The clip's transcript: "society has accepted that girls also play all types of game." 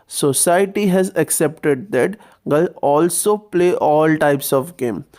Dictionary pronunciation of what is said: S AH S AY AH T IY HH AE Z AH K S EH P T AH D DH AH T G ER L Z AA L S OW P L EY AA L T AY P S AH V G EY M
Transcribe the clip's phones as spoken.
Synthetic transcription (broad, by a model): S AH S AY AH T IY HH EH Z AH K S EH P T AH D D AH T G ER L AA L S OW P L EY AA L T AY P S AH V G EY M